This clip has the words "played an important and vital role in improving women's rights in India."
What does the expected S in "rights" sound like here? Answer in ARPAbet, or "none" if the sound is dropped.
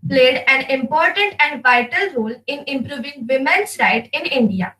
none